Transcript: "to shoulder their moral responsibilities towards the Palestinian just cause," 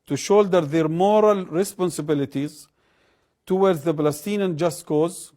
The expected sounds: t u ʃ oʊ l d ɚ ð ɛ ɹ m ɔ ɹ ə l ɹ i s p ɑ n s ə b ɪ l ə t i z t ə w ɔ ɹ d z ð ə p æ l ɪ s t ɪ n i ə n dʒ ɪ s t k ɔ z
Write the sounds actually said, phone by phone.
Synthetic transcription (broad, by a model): t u ʃ oʊ l d ɚ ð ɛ ɹ m ɔ ɹ ə l ɹ i s p ɑ n s ə b ɪ l ə t i z t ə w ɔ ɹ d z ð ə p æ l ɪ s t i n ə n dʒ ɪ s t k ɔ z